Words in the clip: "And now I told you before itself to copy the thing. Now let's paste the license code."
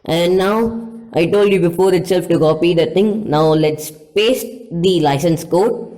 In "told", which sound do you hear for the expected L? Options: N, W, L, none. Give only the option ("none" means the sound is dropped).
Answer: L